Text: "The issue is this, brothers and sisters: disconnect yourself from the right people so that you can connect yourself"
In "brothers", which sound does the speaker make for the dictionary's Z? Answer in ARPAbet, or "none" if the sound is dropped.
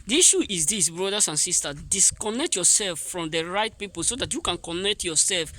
S